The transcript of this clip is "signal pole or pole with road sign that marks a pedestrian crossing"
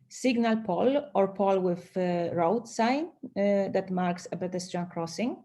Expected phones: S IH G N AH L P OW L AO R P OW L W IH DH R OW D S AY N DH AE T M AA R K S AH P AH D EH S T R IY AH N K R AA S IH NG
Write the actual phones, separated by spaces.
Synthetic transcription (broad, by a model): S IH G N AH L P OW L AO R P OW L W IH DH R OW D S AY N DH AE T M AA R K S AH B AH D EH S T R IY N K R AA S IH NG